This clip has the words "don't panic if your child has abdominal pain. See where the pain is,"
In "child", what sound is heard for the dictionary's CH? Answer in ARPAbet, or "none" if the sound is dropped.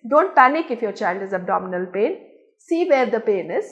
CH